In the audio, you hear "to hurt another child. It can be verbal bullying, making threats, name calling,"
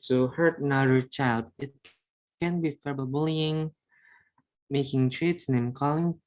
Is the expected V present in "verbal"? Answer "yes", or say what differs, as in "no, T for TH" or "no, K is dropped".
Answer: no, F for V